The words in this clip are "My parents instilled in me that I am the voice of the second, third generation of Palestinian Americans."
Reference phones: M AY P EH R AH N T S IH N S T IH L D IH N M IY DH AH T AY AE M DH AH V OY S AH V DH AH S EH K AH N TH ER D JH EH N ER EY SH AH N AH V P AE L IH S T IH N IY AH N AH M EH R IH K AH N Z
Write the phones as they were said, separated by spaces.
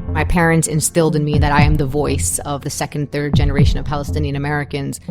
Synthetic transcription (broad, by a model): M AY P EH R AH N T S IH N S T IH L D IH N M IY DH AH T AY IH M DH AH V OY S AH V DH AH S EH K AH N TH ER D JH EH N ER EY SH AH N AH V P AE L IH S T IH N IY AH N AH M EH R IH K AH N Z